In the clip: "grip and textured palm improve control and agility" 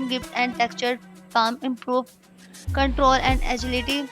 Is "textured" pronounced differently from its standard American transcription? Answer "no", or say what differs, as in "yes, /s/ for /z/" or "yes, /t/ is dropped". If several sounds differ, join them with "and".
yes, /s/ is dropped